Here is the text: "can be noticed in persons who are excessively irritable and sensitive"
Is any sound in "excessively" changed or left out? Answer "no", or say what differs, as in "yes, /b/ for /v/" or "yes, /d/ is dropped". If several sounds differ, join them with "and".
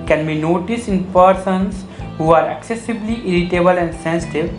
yes, /b/ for /v/